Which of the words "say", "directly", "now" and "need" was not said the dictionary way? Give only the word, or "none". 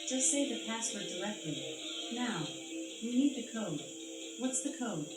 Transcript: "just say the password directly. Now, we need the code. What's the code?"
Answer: directly